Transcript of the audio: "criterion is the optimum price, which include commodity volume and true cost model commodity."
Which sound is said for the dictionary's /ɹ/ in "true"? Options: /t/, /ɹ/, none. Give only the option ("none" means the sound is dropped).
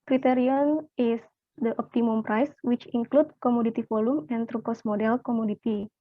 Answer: /ɹ/